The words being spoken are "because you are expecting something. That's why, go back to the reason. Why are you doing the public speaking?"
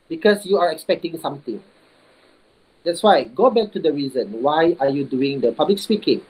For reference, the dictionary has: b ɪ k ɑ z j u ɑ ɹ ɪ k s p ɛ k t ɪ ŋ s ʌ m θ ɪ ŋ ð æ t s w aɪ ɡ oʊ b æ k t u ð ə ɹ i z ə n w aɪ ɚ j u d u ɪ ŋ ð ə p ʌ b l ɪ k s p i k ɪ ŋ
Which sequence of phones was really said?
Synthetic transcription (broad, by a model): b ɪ k ɑ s j u ɑ ɹ ɪ k s p ɛ k t ɪ ŋ s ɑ m t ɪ ŋ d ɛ t s w aɪ ɡ oʊ b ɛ k t u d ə ɹ i z ə n w aɪ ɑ j u d u ɪ ŋ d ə p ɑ b l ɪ k s p i k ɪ ŋ